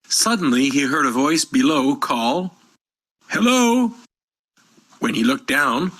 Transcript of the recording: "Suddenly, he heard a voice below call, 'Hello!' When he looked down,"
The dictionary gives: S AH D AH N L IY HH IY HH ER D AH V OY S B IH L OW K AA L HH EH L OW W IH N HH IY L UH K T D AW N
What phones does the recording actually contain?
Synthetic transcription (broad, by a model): S AH D N L IY IY HH ER D AH V OY S B IH L OW K AA L HH EH L OW W IH N IY L UH K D AW N